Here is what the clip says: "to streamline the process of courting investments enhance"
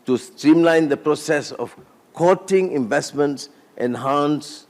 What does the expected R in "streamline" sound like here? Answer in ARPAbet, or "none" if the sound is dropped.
R